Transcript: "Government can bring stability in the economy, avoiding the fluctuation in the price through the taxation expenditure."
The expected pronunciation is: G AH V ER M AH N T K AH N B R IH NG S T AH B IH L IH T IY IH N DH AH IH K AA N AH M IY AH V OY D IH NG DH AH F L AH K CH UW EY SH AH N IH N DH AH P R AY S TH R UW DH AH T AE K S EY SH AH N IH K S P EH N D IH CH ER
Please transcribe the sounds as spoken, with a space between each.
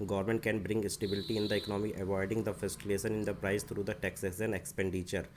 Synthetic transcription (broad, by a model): G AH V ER M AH N T K AH N B R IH NG S T AH B IH L IH T IY IH N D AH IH K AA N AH M IY AH V OY D IH NG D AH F AH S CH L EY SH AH N IH N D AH P R AY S T R UW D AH T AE K S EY S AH N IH K S P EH N D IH CH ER